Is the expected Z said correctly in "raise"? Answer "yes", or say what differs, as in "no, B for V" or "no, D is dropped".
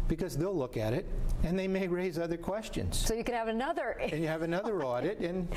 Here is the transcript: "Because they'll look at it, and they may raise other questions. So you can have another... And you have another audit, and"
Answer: yes